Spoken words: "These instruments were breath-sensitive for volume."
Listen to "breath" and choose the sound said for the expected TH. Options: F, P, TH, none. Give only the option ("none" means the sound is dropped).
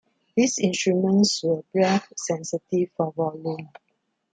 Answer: F